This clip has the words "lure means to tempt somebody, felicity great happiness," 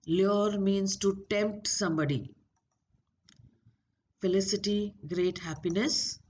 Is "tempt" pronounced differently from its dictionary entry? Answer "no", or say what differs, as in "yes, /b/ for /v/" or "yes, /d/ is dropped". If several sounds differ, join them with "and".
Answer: no